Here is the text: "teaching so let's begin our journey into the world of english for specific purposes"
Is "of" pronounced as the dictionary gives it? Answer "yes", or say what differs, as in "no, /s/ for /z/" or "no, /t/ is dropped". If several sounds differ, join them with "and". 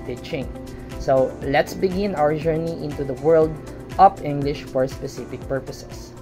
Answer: no, /p/ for /v/